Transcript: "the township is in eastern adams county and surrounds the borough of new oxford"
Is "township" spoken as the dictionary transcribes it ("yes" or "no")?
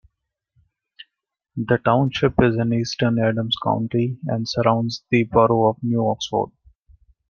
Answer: yes